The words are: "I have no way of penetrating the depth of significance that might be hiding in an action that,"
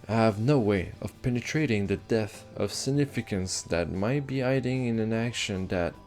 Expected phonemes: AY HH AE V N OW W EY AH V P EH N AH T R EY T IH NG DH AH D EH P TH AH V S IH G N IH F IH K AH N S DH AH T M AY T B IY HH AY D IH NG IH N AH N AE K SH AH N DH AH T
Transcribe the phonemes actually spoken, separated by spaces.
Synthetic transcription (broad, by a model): HH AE V N OW W EY AH V P EH N AH T R EY T IH NG DH AH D EH TH AH V S IH G N IH F IH K AH N S DH AH T M AY T B IY AY D IH NG IH N AH N AE K SH AH N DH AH T